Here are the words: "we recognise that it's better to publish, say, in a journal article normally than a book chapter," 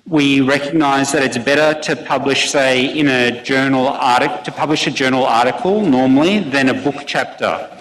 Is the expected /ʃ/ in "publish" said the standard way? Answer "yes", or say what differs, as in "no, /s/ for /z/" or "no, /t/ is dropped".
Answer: yes